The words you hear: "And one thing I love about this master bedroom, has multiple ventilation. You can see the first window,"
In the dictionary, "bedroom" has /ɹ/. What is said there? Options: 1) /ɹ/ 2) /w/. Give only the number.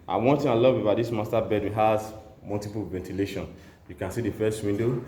2